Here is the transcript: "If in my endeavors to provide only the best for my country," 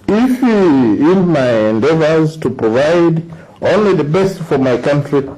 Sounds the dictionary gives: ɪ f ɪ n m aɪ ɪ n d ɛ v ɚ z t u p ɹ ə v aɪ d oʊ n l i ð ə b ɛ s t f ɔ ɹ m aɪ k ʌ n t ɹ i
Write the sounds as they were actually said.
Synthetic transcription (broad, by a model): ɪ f ɪ n m aɪ ɪ n d ɛ v ɚ z t u p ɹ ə v aɪ d oʊ n l i ð ə b ɛ s t f ɔ ɹ m aɪ k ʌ n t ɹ i